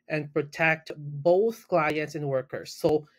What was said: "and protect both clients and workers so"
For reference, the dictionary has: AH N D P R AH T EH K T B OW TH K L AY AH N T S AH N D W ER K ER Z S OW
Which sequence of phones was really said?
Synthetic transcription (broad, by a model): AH N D P R AH T EH K T B OW TH K L AY AH N T S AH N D W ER K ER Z S OW